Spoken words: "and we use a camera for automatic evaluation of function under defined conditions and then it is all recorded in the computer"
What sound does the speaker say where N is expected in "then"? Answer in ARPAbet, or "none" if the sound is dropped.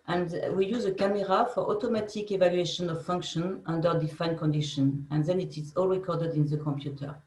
N